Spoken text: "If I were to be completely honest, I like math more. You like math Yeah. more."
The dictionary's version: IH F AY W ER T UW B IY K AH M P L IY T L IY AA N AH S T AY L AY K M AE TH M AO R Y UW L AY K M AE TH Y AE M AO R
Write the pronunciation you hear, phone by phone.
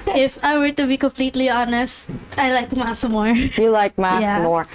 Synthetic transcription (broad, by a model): IH F AY W ER T UW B IY K AH M P L IY T L IY AA N AH S T AY L AY K M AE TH M AO R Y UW L AY K M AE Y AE M AO R